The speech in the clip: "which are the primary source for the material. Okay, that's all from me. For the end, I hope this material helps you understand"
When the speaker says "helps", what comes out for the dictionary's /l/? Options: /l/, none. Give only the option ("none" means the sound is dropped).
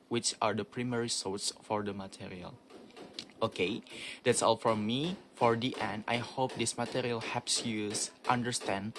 none